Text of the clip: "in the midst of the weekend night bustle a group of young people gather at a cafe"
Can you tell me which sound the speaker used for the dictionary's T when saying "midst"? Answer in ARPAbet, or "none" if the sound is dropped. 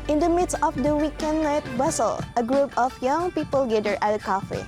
T